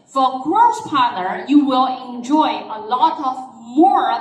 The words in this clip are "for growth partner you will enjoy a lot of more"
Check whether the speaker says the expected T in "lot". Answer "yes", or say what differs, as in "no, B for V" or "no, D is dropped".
yes